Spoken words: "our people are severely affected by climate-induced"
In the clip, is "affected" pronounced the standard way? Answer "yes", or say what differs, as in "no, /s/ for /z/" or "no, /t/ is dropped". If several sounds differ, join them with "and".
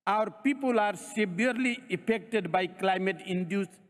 no, /p/ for /f/